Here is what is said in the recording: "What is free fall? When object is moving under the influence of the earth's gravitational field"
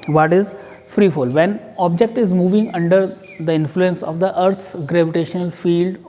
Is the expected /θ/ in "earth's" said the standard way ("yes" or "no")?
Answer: no